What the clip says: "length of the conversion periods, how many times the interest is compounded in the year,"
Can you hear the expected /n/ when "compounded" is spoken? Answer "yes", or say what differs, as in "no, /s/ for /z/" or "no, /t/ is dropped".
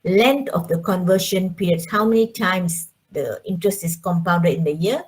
no, /n/ is dropped